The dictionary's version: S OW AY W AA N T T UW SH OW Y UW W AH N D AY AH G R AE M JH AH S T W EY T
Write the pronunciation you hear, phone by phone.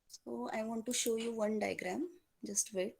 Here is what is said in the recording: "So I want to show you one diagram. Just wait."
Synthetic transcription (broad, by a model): S OW AY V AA N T T UW SH OW Y UW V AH N D AY G R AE M JH AH S T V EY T